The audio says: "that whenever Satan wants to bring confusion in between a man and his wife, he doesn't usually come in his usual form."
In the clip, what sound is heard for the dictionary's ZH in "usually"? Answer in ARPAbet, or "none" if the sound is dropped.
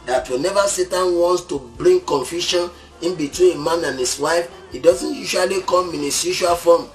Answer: SH